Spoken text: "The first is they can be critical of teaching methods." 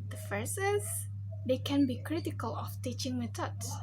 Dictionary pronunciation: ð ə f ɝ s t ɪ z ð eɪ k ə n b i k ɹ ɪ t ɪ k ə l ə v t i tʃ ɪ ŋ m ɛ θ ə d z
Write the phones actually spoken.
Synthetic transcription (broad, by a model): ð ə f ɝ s ɪ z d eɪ k ə n b i k ɹ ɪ t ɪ k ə l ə f t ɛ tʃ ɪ ŋ m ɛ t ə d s